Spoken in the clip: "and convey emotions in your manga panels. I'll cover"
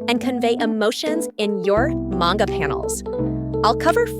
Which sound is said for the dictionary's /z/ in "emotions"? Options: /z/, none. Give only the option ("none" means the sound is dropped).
/z/